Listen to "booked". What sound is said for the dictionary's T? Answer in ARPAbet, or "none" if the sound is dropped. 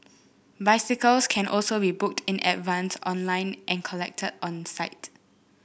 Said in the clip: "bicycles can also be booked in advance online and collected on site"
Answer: T